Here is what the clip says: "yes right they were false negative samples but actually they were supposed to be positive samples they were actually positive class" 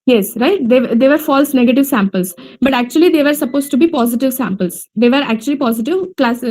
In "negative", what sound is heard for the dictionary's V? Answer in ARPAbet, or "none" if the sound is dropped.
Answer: V